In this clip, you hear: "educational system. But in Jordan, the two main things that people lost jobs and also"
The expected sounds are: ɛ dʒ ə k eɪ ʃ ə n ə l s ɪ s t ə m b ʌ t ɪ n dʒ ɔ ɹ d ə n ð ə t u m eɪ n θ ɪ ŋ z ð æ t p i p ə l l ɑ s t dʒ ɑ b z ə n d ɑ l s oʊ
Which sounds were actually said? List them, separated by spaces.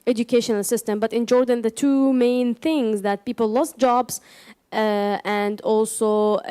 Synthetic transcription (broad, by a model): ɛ dʒ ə k eɪ ʃ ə n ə l s ɪ s t ə m b ʌ t ɪ n dʒ ɔ ɹ d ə n ð ə t u m eɪ n θ ɪ ŋ z ð æ t p i p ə l l ɑ s t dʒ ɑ b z ə n d ɑ l s oʊ